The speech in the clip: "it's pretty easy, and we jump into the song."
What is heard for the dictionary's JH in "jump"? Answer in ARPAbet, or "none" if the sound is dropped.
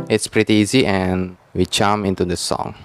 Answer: CH